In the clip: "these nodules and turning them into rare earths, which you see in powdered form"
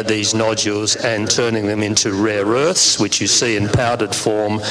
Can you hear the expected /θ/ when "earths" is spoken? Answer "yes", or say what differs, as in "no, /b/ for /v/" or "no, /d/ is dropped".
yes